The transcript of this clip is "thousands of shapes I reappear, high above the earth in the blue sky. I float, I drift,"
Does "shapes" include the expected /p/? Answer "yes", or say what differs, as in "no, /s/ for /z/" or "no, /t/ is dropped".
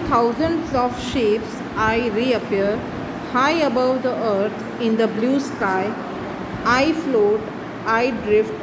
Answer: yes